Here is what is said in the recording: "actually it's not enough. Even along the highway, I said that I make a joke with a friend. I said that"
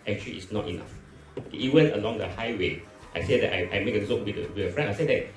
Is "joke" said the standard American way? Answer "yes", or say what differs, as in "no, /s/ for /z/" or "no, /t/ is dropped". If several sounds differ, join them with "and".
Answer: no, /z/ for /dʒ/